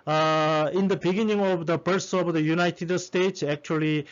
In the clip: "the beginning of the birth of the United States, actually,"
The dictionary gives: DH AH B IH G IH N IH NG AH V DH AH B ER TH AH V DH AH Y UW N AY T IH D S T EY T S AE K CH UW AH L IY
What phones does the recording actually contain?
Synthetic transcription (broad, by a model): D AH B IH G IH N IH NG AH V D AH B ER S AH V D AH Y UW N AY T IH D S T EY T S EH K CH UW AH L IY